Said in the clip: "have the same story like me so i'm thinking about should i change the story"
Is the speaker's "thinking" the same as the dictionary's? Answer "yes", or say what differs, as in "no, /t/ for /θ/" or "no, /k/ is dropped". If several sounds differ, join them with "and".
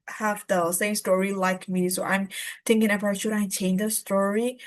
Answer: no, /t/ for /θ/